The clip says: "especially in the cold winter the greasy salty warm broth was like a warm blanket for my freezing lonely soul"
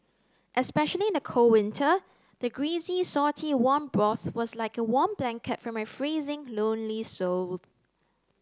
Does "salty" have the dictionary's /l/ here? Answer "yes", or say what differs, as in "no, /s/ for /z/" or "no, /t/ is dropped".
no, /l/ is dropped